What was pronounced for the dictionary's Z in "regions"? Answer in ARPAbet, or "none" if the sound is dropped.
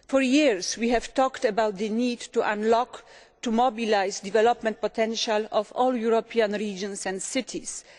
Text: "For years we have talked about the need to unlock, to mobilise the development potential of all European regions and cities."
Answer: S